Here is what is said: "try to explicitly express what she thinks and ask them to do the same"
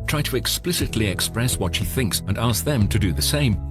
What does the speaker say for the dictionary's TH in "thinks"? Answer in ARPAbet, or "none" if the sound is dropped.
TH